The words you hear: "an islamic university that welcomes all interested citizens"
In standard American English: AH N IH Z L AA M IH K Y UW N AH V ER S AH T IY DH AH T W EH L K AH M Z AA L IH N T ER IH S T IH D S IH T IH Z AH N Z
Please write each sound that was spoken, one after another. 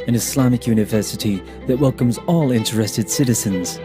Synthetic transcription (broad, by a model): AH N IH S L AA M IH K Y UW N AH V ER S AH T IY DH AH T W EH L K AH M Z AA L IH N T ER IH S T IH D S IH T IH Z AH N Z